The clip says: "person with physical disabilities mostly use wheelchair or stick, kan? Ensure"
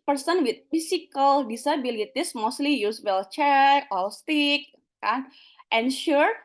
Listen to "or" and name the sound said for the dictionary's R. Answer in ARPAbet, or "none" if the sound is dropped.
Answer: L